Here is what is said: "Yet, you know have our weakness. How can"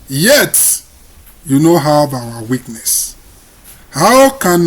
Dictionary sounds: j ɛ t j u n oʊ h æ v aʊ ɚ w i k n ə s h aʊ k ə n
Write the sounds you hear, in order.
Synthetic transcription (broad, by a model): j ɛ t j u n oʊ h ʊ b aʊ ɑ w i k n ə s h aʊ k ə n